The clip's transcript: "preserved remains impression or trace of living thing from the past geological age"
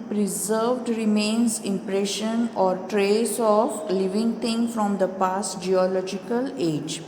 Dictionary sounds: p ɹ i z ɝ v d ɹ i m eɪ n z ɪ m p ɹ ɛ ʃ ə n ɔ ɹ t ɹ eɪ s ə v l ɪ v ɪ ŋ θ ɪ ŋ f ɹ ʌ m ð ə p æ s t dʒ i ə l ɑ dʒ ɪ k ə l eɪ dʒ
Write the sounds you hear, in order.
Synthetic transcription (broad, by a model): p ɹ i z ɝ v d ɹ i m eɪ n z ɪ m p ɹ ɛ ʃ ə n ɔ ɹ t ɹ eɪ s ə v l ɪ v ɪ ŋ t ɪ ŋ f ɹ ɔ m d ə p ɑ s t dʒ i ə l ɑ dʒ ɪ k ə l eɪ dʒ